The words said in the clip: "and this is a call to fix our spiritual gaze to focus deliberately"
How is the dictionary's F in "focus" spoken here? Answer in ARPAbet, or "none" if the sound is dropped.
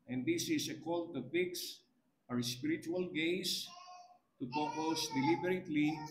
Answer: P